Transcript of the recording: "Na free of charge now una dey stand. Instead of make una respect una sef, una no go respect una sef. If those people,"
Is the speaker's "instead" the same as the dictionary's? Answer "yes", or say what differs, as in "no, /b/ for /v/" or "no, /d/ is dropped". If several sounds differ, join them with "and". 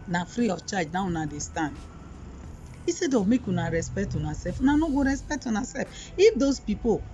no, /n/ is dropped